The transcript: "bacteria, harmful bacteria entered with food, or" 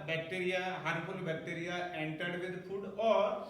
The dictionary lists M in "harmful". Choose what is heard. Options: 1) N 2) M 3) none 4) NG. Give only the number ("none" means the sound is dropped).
3